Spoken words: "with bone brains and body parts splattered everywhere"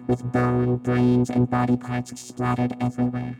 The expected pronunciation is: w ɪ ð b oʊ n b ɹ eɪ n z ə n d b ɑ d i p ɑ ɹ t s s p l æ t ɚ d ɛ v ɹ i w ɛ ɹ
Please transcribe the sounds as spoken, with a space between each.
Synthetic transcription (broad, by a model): w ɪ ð b oʊ n b ɹ eɪ n z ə n b ɑ d i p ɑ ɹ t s s p l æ t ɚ d ɛ v ɹ i w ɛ ɹ